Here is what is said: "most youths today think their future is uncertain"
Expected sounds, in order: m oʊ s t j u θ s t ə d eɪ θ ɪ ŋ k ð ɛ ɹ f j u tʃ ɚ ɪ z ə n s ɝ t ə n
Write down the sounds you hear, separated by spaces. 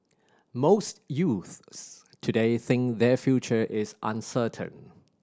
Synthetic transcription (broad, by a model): m oʊ s t j u θ s t ə d eɪ θ ɪ ŋ k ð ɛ f j u tʃ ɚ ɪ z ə n s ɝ t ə n